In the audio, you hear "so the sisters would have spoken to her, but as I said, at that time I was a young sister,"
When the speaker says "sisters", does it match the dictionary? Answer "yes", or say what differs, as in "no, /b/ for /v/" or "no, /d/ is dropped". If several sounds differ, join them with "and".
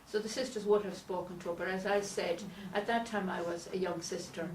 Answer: yes